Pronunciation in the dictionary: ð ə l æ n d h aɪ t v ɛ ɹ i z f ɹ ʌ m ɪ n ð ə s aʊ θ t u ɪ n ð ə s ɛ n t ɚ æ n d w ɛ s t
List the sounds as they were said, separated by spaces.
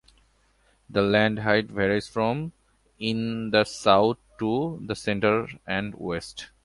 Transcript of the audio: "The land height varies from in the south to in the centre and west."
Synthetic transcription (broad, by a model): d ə l æ n d h aɪ t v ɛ ɹ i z f ɹ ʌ m ɪ n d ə s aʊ t t u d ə s ɛ n t ɚ æ n d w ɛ s t